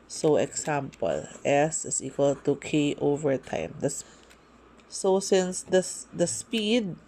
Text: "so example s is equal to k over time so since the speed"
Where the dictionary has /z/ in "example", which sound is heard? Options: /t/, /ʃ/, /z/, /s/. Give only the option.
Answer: /s/